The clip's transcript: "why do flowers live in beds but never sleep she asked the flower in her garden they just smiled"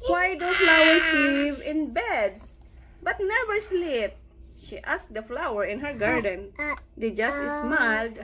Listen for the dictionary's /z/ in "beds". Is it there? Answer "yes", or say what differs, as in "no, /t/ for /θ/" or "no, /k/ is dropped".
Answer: no, /s/ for /z/